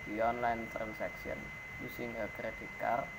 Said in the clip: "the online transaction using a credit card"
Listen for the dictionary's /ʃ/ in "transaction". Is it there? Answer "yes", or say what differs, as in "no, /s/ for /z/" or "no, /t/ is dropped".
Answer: no, /s/ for /ʃ/